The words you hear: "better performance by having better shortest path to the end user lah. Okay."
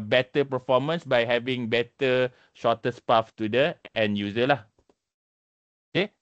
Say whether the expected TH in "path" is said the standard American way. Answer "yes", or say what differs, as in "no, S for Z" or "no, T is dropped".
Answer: no, F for TH